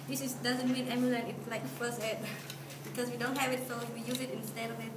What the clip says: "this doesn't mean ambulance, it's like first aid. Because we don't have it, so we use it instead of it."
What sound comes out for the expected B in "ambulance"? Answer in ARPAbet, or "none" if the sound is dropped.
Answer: none